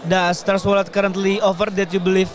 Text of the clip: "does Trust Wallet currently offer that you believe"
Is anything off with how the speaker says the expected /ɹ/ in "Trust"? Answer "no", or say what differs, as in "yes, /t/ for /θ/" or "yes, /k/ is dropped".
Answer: yes, /ɹ/ is dropped